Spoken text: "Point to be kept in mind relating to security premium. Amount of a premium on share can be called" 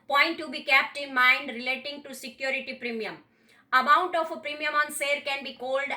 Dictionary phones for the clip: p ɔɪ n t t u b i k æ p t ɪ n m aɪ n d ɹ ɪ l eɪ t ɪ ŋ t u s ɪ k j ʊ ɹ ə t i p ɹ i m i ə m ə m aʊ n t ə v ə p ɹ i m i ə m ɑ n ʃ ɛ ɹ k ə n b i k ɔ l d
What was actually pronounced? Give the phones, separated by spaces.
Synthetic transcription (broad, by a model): p ɔɪ n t t u b i k æ p t ɪ n m aɪ n d ɹ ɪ l eɪ t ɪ ŋ t u s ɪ k j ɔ ɹ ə t i p ɹ i m i ə m ə m aʊ n t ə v ə p ɹ i m i ə m ɑ n s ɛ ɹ k ə n b i k ɔ l d